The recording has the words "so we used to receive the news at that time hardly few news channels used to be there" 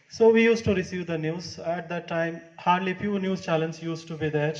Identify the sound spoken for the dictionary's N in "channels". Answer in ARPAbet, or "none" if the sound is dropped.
L